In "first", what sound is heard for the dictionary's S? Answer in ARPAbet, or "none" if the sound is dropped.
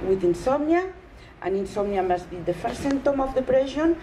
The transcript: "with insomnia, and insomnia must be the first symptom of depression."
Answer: none